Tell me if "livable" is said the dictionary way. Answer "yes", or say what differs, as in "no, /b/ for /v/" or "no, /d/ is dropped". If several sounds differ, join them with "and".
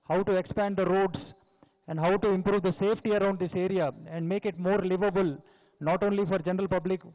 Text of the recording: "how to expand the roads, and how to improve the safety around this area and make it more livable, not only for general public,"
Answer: yes